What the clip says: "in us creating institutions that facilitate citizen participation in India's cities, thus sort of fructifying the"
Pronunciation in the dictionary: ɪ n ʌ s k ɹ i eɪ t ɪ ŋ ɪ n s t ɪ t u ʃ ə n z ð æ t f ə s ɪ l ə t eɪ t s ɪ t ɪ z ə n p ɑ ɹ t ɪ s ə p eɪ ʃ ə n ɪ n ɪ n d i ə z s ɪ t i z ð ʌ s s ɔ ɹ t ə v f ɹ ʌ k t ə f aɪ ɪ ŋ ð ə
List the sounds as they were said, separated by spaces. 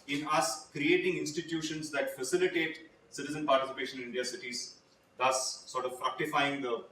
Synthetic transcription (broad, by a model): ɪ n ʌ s k ɹ i eɪ t ɪ ŋ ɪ n s t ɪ t u ʃ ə n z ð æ t f ə s ɪ l ə t eɪ t s ɪ t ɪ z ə n p ɑ ɹ t ɪ s ə p eɪ ʃ ə n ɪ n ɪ n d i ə s ɪ t i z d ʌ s s ɔ ɹ t ə v f ɹ ʌ k t ə f aɪ ɪ ŋ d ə